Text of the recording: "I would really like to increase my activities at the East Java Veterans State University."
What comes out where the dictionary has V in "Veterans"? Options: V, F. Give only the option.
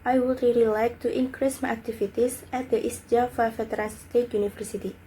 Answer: F